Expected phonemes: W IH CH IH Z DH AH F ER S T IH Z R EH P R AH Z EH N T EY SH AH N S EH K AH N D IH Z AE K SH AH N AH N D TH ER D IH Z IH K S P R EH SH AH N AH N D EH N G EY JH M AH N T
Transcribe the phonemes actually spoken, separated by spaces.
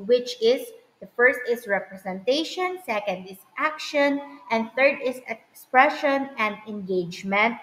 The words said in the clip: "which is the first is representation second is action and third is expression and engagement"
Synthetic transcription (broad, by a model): W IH CH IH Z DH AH F ER S T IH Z R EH P R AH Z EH N T EY SH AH N S EH K AH N D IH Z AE K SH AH N AH N D TH ER D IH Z IH K S P R EH SH AH N AH N D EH N G EY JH M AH N T